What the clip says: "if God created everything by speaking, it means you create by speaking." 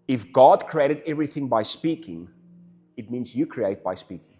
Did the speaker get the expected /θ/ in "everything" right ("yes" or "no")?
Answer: yes